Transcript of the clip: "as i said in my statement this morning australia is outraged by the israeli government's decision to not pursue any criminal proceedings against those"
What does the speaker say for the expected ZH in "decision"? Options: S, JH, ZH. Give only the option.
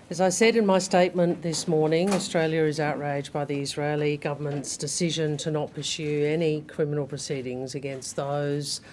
ZH